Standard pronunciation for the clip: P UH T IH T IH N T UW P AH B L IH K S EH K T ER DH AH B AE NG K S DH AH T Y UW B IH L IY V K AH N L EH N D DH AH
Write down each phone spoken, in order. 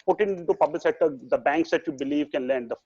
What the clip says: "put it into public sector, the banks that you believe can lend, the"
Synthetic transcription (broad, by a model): P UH T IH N IH N T UW P AH B L IH K S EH T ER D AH B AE NG K S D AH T Y UW B IH L IY V K AH N L EH N D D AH